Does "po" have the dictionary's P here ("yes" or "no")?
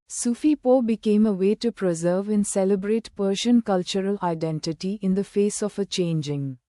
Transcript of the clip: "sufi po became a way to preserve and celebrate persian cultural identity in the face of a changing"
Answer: yes